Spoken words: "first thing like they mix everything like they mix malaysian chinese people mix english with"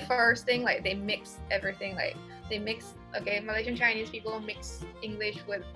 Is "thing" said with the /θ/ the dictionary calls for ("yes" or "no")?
yes